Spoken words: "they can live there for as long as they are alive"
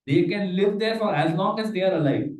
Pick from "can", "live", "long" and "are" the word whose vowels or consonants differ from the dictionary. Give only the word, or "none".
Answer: long